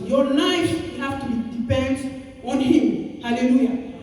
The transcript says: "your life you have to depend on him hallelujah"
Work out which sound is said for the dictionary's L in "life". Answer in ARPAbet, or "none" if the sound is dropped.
N